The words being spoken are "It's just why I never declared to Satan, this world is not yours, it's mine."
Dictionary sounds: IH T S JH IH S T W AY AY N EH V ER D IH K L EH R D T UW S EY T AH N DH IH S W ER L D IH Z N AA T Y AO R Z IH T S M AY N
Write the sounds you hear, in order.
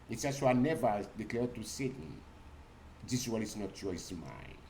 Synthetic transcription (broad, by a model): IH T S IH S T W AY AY N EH V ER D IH K L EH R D T UW S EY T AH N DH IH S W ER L IH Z N AA T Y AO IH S M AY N